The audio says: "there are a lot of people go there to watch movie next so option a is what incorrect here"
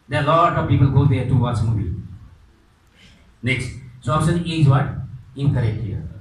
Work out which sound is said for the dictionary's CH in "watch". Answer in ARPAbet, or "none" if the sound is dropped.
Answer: S